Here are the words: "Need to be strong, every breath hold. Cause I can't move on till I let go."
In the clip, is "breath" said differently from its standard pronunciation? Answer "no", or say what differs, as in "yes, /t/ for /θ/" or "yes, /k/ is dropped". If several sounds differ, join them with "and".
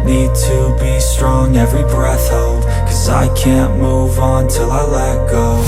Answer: no